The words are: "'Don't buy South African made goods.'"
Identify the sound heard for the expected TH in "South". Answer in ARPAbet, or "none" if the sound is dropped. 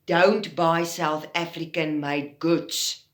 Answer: TH